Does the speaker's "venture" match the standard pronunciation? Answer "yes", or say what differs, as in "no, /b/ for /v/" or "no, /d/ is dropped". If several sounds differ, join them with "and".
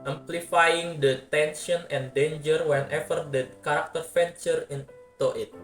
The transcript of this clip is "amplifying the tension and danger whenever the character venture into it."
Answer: no, /f/ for /v/